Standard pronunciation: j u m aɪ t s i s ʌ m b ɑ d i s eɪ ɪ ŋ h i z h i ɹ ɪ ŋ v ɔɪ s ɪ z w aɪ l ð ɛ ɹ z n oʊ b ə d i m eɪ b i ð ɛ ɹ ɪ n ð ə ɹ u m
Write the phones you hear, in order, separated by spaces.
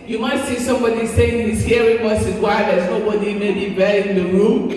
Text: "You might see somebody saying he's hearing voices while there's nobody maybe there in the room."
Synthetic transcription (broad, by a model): j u m aɪ t s i s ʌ m b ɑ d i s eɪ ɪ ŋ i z h i ɹ ɪ ŋ w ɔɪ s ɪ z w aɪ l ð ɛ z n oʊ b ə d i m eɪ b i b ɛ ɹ ɪ n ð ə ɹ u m